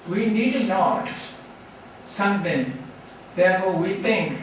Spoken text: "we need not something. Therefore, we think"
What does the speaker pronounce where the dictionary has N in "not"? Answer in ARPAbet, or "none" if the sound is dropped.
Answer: L